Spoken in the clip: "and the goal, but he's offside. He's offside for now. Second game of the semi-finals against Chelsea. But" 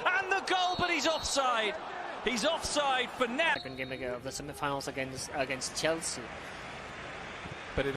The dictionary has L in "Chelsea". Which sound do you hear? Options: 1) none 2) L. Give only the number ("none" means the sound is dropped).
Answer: 2